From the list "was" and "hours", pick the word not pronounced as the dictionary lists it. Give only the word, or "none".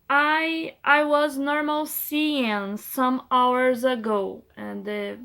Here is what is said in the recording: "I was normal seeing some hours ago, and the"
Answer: none